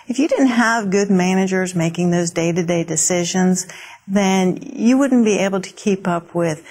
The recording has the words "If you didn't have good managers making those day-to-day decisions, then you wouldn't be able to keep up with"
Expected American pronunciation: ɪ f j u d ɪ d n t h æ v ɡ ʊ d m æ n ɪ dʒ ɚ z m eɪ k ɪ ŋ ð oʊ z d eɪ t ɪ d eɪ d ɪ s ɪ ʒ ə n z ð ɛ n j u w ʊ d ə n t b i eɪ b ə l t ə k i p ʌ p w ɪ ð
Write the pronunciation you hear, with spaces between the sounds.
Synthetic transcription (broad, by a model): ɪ f j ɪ d ɪ d n t h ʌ v ɡ ʊ d m æ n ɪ dʒ ɚ z m eɪ k ɪ ŋ ð oʊ z d eɪ t ɪ d eɪ d ɪ s ɪ ʒ ə n z ð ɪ n j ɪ w ʊ d n b i eɪ b l t ə k i p ʌ p w ɪ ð